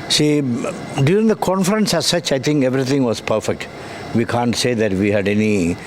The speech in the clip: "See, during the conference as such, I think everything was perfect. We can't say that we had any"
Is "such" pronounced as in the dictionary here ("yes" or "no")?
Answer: yes